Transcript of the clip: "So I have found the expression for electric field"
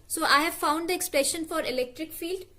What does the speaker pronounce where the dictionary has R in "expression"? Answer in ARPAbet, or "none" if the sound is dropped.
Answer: L